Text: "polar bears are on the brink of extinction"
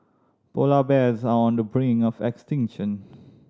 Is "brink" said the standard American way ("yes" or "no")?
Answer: no